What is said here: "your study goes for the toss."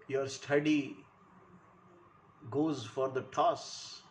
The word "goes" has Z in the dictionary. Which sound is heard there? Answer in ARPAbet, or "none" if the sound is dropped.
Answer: Z